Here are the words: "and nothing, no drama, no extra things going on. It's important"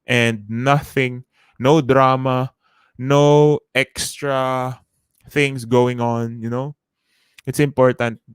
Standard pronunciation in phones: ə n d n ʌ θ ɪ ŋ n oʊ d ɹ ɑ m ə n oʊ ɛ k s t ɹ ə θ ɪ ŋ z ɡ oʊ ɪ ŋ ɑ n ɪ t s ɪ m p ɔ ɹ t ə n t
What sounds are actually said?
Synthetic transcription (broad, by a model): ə n d n ʌ θ ɪ ŋ n oʊ d ɹ ɑ m ə n oʊ ɛ k s t ɹ ə θ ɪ ŋ s ɡ oʊ ɪ ŋ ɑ n ɪ t s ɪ m p ɔ ɹ t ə n t